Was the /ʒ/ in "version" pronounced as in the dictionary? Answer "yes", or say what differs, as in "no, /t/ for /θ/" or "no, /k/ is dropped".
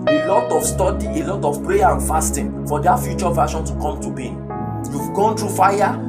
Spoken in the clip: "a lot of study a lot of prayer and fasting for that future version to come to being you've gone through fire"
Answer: no, /ʃ/ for /ʒ/